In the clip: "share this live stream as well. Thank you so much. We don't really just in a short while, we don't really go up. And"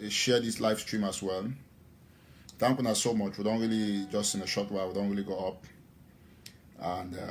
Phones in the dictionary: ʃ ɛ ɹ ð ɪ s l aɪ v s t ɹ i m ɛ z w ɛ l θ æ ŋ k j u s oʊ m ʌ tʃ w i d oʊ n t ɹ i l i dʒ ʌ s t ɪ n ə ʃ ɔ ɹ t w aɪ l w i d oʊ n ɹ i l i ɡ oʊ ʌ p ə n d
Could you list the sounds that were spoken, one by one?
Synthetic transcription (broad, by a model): ʃ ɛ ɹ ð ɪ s l aɪ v s t ɹ i m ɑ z w ɛ l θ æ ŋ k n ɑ s oʊ m ʌ tʃ w i d oʊ n t ɹ i l i dʒ ʌ s t ɪ n ə ʃ ɔ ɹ t w aɪ l w i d oʊ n ɹ i l i ɡ oʊ ʌ p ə n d